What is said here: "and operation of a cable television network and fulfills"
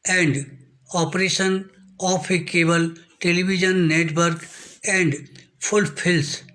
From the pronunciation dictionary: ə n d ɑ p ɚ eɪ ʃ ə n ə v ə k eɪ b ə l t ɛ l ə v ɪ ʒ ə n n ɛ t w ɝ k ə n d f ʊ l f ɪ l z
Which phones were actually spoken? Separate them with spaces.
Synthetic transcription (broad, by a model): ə n d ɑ p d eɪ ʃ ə n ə p ə k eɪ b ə l t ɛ l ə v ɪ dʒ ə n n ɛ t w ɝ k ə n d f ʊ l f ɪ l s